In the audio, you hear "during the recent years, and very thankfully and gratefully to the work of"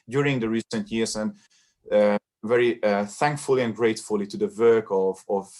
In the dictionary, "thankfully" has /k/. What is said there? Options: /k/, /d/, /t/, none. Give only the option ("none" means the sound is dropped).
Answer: /k/